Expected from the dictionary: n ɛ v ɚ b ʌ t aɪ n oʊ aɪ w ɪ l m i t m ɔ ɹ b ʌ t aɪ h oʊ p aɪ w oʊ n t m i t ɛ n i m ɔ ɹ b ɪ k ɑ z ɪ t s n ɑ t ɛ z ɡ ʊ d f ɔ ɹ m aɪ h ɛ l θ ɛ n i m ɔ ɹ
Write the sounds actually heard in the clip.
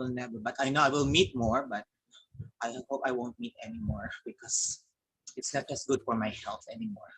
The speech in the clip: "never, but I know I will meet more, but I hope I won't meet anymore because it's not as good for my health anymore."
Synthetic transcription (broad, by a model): n ɛ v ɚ b ʌ t aɪ n oʊ aɪ w ɪ l m i t m ɔ ɹ b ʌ t aɪ h oʊ p aɪ w oʊ n t m i t ɛ n i m ɔ ɹ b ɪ k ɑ s ɪ t s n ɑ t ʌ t ɡ ʊ d f ɔ ɹ m aɪ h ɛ l f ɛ n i m ɔ ɹ